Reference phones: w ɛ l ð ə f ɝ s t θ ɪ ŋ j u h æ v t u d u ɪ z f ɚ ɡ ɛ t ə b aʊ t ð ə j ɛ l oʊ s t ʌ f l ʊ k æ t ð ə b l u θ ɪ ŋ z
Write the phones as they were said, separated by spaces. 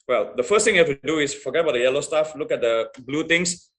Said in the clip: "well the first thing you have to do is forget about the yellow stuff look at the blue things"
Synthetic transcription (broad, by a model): w ɛ l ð ə f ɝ s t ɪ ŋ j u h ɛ f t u d u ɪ s f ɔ ɡ ɛ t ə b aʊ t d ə j ɛ l oʊ s t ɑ f l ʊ k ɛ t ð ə b l u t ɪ ŋ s